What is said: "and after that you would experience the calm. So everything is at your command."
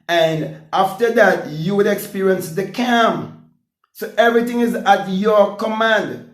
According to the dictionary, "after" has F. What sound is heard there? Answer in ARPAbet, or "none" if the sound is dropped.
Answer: F